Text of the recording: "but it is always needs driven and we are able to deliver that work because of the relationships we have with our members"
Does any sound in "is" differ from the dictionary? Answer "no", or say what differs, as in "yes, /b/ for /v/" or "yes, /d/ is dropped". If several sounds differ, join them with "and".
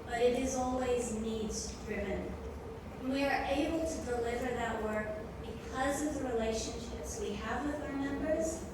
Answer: no